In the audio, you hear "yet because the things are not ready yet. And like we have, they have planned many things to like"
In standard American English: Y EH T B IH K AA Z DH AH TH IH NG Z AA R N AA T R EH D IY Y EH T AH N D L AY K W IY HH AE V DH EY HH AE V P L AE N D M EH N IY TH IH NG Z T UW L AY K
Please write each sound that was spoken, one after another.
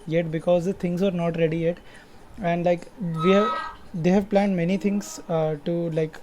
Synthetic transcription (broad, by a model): Y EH T B IH K AA Z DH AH T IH NG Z AA R N AA T R EH D IY Y EH T AH N D L AY K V IY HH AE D EY HH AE V P L AE N D M EH N IY T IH NG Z T UW L AY K